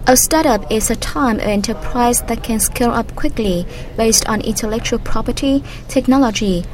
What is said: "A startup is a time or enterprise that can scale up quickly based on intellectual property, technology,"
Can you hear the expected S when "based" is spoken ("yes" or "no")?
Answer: yes